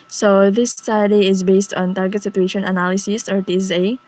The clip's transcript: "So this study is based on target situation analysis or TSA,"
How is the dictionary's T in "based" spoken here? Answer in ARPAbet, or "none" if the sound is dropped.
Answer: T